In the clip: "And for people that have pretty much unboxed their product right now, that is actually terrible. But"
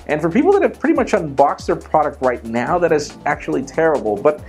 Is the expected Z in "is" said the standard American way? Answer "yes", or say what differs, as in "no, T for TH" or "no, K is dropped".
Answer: yes